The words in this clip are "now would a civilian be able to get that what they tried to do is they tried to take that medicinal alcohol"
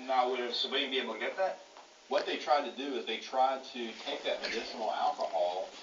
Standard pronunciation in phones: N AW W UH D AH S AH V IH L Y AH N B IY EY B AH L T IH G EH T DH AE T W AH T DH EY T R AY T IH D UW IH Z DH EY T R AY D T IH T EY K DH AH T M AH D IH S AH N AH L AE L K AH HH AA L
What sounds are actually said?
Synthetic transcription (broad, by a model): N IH W UH D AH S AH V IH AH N B IY EY AH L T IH G EH T DH AE T W AH T DH EY T R AY T IH D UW IH Z DH EY T R AY D T IH T EY K DH AH T M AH D IH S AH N L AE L K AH HH AA L